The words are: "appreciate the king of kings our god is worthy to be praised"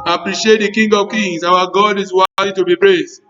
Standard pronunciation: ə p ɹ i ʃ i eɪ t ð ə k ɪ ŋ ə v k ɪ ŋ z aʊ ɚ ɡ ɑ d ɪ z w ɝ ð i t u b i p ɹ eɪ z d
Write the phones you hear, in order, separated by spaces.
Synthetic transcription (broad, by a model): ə p ɹ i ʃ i eɪ t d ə k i ŋ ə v k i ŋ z aʊ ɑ ɡ ɑ d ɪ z w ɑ i t u b i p ɹ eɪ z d